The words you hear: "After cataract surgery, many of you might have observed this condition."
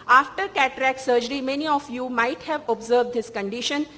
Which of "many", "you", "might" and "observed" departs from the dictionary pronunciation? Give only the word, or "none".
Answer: none